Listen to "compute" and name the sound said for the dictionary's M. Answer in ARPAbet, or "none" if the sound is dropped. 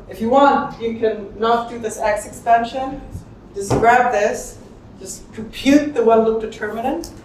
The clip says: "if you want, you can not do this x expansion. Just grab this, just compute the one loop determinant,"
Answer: none